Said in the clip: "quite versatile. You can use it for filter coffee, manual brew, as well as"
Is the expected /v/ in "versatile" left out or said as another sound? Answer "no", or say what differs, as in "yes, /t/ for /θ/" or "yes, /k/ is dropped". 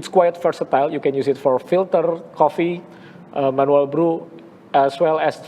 yes, /f/ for /v/